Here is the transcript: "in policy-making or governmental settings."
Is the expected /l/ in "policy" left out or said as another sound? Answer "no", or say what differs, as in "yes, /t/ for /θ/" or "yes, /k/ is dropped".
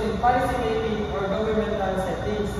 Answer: yes, /l/ is dropped